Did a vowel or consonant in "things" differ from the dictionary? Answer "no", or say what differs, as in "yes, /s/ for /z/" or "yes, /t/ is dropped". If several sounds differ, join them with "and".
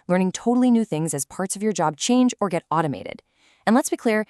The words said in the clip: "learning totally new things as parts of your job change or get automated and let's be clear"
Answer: no